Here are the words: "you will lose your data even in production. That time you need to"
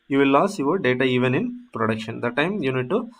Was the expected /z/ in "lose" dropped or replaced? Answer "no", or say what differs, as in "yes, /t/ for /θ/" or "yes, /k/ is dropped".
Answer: yes, /s/ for /z/